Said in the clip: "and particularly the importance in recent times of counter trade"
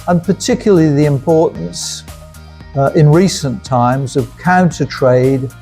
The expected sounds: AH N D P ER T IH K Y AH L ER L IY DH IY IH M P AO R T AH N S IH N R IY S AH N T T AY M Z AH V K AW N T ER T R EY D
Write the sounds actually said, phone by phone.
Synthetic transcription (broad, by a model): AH N P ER T IH K Y L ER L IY DH IY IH M P AO R T N S IH N R IY S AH N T T AY M Z AH V K AW N T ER T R EY D